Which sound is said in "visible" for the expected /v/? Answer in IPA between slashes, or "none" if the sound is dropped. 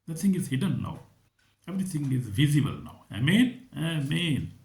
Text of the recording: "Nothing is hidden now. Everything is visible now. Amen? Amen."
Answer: /v/